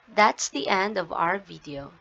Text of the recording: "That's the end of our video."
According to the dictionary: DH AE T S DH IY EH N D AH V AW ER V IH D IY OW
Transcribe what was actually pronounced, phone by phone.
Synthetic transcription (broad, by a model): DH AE T S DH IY EH N D AH V AW ER V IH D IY OW